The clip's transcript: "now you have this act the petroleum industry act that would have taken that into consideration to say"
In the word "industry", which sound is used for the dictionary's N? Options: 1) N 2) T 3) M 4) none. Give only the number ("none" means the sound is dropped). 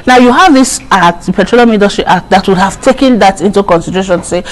4